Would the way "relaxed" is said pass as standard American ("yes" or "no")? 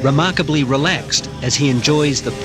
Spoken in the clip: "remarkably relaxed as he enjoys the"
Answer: yes